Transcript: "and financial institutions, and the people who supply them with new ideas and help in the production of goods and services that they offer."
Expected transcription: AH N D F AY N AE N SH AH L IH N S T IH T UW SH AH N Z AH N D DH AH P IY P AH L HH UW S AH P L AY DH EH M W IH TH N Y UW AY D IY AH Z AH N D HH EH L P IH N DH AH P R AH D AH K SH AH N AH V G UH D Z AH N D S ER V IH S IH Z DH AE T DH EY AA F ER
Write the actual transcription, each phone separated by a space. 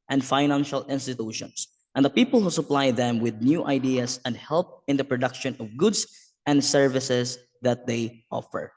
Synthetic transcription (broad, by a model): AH N D F AY N AE N SH AH L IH N S T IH T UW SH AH N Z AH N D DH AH P IY P AH L HH UW S AH P L AY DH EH M W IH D N Y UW AY D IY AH S AH N D HH EH L P IH N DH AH P R AH D AH K SH AH N AH V G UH D S AH N D S ER V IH S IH S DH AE T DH EY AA F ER